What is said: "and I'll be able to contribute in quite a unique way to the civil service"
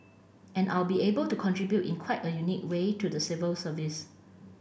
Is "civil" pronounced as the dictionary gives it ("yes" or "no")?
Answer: yes